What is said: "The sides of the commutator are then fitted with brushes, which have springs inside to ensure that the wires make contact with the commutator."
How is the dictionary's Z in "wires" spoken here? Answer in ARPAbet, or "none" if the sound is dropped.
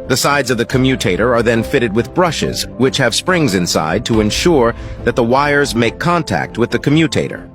Z